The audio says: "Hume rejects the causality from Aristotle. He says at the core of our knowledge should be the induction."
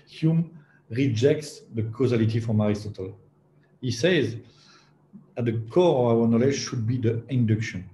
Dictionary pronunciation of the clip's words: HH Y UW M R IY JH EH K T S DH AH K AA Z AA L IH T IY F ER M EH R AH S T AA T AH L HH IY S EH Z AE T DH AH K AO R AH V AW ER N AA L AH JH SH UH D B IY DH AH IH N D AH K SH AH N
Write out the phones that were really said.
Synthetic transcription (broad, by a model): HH Y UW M R IY JH EH K T S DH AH K AA Z AA L IH T IY F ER M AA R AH S T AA T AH L HH IY S EH Z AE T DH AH K AO R AH V AW ER N AA L AH JH SH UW D B IY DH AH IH N D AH K SH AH N